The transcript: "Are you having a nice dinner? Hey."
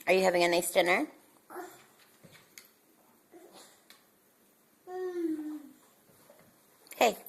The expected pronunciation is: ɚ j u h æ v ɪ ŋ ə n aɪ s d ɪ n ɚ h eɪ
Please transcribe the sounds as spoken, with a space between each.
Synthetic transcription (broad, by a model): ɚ j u h æ v ɪ ŋ ə n aɪ s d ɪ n ɚ h eɪ